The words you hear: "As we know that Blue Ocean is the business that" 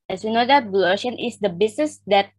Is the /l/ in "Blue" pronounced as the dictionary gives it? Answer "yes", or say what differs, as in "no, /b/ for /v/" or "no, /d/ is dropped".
no, /l/ is dropped